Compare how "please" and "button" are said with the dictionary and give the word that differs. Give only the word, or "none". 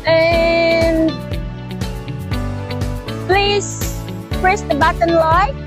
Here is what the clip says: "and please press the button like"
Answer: none